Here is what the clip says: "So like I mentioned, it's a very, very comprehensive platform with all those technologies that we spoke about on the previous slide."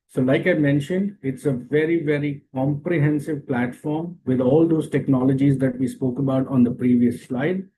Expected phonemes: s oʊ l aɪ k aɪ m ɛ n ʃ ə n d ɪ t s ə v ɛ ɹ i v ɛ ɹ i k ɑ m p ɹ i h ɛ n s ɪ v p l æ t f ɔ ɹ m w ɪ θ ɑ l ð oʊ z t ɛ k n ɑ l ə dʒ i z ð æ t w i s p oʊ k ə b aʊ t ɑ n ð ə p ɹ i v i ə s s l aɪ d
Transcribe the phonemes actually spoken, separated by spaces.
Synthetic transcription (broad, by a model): s oʊ l aɪ k aɪ m ɛ n ʃ ə n d ɪ t s ə v ɛ ɹ i v ɛ ɹ i k ɑ m p ɹ i h ɛ n s ɪ v p l æ t f ɔ ɹ m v ɪ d ɑ l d oʊ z t ɛ k n ɑ l ə dʒ i z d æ t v i s p oʊ k ə b aʊ t ɑ n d ə p ɹ i v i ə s s l aɪ d